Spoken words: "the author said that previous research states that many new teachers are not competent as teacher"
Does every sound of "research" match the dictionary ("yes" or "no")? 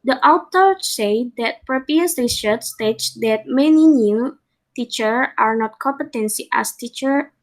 no